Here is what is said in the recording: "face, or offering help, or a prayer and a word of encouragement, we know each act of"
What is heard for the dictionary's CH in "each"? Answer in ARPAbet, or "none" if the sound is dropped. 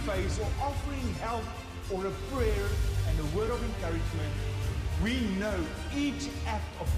CH